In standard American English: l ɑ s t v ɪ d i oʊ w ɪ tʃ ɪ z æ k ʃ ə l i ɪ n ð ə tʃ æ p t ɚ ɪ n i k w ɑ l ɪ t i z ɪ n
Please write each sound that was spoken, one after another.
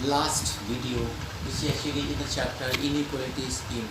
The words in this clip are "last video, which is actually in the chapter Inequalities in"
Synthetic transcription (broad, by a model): l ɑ s t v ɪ d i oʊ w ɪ s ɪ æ ʃ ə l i ɪ n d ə tʃ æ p t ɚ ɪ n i k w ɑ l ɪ t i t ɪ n